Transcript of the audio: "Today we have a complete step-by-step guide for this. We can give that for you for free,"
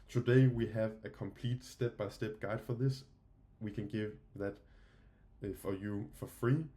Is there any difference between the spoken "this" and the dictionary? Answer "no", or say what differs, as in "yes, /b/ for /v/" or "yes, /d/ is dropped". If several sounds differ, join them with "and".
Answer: no